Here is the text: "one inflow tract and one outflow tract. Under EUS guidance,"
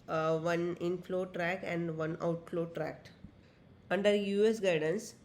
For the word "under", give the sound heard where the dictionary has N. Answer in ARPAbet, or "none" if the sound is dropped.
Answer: N